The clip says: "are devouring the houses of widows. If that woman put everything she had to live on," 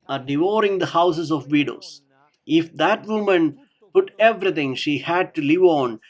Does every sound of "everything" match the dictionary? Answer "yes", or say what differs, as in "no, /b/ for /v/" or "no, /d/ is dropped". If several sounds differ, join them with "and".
no, /t/ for /θ/